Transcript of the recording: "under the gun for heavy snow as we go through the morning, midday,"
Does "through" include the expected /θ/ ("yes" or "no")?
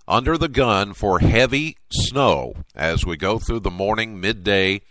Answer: yes